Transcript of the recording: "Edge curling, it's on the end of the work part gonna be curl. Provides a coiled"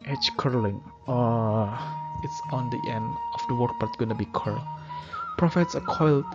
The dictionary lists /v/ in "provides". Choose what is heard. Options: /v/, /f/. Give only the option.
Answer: /f/